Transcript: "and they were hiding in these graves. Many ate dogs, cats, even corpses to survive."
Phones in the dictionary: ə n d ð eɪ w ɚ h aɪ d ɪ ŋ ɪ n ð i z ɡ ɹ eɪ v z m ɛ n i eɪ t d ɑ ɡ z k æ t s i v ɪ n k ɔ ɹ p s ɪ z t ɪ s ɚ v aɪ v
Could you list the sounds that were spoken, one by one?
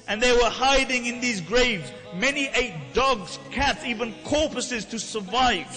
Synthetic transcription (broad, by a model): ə n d ð eɪ w ɚ h aɪ d ɪ ŋ ɪ n ð i z ɡ ɹ eɪ v z m ɛ n i eɪ t d ɑ ɡ z k æ t s i v ɪ n k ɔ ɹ p s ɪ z t ɪ s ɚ v aɪ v